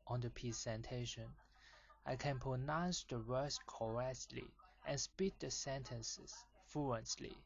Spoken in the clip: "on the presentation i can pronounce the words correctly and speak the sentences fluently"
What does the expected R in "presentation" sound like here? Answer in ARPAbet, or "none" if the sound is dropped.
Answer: none